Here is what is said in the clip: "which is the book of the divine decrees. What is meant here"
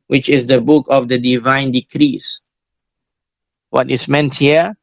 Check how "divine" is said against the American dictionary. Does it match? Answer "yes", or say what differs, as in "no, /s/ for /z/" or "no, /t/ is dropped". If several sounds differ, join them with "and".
yes